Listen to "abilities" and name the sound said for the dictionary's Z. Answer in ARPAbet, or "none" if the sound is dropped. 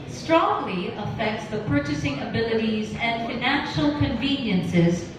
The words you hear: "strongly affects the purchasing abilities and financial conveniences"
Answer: Z